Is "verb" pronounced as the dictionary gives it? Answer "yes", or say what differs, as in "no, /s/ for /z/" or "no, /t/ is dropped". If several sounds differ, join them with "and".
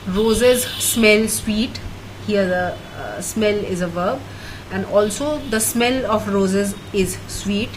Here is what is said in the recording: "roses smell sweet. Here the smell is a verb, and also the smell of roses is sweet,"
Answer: yes